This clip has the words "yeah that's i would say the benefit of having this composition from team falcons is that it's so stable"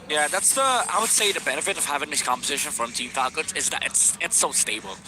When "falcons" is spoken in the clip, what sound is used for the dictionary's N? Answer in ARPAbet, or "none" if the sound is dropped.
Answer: none